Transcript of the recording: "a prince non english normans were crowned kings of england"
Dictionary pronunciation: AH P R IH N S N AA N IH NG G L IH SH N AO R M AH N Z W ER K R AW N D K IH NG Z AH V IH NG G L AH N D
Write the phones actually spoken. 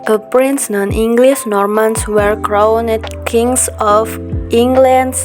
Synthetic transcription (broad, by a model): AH P R IH N S N AA N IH NG G L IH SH N AO R M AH N S W ER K R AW N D K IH NG S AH F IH NG G L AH N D